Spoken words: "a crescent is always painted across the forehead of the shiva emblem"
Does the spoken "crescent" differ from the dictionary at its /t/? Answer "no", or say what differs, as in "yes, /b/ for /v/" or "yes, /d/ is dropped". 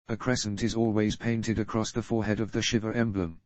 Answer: no